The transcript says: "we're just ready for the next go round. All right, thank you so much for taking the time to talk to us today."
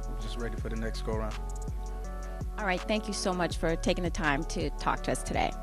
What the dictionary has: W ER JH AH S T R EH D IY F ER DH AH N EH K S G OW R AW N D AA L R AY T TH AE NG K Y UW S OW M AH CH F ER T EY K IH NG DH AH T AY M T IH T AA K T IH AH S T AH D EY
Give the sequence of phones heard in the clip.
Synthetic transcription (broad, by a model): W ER JH AH S T R EH D IY F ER DH AH N EH K S G OW R AW N D AA L R AY T TH AE NG K Y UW S OW M AH CH F ER T EY K IH NG DH AH T AY M T IH T AA K T IH AH S T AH D EY